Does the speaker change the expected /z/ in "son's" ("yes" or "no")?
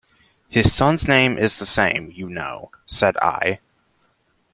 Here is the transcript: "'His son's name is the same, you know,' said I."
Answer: no